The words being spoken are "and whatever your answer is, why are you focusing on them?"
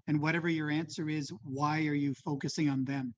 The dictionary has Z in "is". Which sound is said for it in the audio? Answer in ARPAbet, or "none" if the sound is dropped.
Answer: Z